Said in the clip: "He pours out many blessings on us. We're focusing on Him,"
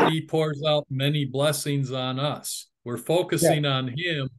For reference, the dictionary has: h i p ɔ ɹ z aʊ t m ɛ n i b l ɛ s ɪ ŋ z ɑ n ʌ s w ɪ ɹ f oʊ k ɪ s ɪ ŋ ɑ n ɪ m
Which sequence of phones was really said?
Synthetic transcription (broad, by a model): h i p ɔ ɹ z aʊ t m ɛ n i b l ɛ s ɪ ŋ z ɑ n ʌ s w ɪ ɹ f oʊ k ɪ s ɪ ŋ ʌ n ɪ m